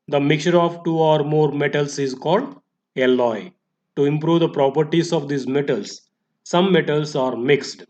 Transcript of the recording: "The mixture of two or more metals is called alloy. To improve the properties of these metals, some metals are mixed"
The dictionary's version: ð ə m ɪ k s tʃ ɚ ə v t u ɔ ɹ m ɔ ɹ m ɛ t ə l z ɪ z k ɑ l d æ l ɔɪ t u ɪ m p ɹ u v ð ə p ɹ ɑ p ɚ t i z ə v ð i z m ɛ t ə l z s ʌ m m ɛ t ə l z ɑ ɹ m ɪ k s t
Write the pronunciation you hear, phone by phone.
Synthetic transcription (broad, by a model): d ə m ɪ k tʃ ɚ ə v t u ɔ ɹ m ɔ ɹ m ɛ t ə l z ɪ z k ɑ l d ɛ l ɔɪ t u ɪ m p ɹ u v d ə p ɹ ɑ p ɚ t i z ə v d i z m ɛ t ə l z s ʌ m m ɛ t ə l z ɑ ɹ m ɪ k s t